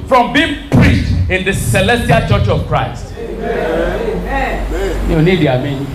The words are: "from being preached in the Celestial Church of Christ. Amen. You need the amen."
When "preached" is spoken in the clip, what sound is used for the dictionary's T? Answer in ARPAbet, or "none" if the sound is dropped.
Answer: T